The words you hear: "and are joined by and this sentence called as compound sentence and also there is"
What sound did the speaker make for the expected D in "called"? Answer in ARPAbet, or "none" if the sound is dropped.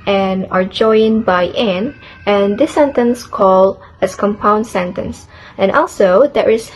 none